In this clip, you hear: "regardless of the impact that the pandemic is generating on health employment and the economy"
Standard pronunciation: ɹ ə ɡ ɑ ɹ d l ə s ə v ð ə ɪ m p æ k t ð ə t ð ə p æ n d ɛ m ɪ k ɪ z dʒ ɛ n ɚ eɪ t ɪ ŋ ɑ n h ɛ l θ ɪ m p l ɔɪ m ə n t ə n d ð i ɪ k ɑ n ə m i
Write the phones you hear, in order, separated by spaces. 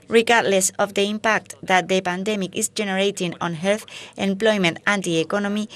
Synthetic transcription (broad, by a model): ɹ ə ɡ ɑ ɹ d l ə s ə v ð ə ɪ m p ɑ k t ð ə t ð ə p æ n d ɛ m ɪ k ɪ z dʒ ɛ n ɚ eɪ t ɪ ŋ ɑ n h ɛ l θ ɪ m p l ɔɪ m ə n t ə n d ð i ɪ k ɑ n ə m i